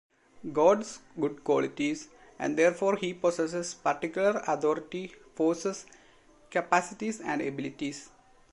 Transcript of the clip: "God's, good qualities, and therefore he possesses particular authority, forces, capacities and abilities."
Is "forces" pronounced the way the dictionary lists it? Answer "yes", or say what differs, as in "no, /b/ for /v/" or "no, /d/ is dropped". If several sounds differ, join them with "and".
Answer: no, /s/ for /z/